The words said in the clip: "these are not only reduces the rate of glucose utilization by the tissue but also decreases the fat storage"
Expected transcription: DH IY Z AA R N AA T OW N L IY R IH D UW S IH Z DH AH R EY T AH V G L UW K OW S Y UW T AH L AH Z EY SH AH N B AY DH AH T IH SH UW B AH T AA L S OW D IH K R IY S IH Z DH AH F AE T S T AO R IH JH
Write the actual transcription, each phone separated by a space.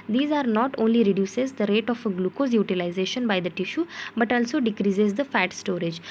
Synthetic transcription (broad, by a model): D IY Z AA R N AA T OW N L IY R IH D UW S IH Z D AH R EY T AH F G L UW K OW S Y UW T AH L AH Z EY SH AH N B AY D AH T IH SH UW B AH T AA L S OW D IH K R IY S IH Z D AH F AE T S T AO R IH JH